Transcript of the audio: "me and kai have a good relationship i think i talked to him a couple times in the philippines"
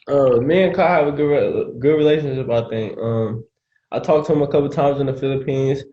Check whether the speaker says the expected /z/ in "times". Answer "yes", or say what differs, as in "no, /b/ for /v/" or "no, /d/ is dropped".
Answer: yes